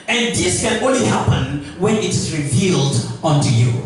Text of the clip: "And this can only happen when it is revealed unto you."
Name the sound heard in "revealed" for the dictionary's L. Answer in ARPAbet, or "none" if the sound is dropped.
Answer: L